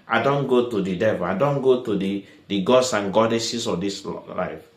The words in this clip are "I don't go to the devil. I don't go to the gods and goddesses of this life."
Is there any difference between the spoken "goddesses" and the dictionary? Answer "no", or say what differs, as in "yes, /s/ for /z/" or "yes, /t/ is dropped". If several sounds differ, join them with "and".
yes, /s/ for /z/